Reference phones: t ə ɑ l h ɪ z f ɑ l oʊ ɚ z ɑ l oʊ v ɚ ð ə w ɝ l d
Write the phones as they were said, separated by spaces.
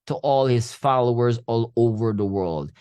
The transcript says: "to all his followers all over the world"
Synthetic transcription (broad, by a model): t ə ɑ l h ɪ z f ɑ l oʊ ɚ z ɑ l oʊ v ɚ ð ə w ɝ l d